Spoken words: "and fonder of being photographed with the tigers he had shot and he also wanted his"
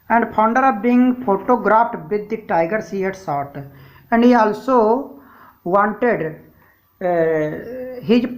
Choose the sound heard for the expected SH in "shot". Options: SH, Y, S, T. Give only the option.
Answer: S